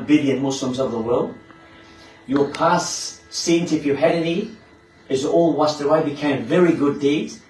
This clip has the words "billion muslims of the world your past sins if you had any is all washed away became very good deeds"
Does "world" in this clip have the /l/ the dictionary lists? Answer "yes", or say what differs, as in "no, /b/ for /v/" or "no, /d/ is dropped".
yes